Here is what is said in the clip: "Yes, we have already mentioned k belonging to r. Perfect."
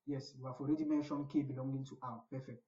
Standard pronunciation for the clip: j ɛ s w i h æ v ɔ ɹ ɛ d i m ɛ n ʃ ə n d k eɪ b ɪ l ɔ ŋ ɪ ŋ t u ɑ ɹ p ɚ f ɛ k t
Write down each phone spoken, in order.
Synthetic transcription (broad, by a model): j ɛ s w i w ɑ f ɔ ɹ ɛ d i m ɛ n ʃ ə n k eɪ b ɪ l ɔ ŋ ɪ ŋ t u ɑ w p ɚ f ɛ k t